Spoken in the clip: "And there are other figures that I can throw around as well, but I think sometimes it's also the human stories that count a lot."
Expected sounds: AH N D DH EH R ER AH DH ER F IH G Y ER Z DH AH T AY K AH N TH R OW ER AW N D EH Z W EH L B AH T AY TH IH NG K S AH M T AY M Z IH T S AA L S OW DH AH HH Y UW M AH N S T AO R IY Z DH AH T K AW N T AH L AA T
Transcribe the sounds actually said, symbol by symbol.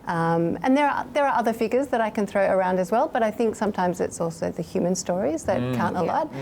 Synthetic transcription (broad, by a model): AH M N DH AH R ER AH DH ER F IH G Y ER Z DH AH T AY K AH N TH R OW ER AW N D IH Z W EH L B AH T AY TH IH NG K S AH M T AY M Z IH T S AA L S OW DH AH HH Y UW M AH N S T AO R IY Z DH AH T K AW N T AH L AA T